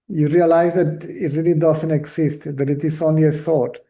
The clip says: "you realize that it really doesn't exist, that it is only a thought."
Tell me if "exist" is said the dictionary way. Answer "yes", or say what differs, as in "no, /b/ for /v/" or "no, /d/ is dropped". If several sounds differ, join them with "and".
no, /s/ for /z/